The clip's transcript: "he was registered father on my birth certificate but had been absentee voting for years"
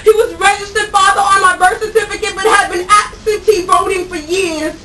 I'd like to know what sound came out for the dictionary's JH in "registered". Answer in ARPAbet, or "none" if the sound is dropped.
JH